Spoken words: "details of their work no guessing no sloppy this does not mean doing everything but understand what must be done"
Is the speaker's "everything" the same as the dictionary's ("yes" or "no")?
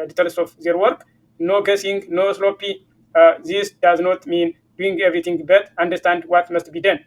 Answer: no